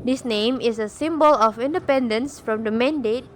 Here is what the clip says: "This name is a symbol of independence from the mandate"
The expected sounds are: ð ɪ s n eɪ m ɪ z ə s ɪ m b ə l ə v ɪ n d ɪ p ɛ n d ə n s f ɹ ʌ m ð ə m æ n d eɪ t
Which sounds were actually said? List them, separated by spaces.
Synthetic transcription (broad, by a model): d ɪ s n eɪ m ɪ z ə s ɪ m b ə l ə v ɪ n d ɪ p ɛ n d ə n s f ɹ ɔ m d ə m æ n d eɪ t